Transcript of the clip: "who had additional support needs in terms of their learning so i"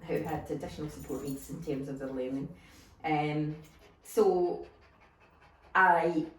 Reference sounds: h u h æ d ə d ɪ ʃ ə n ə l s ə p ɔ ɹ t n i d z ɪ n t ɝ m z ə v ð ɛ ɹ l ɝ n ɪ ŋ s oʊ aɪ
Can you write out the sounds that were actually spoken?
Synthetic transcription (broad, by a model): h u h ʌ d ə d ɪ ʃ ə n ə l s ə p ɔ ɹ t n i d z ɪ n t ɝ m z ə v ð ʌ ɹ l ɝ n ɪ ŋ s oʊ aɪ